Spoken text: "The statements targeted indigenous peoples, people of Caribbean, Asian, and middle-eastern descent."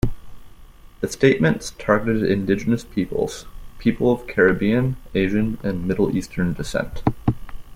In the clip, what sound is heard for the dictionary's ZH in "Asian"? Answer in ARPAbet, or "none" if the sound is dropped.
ZH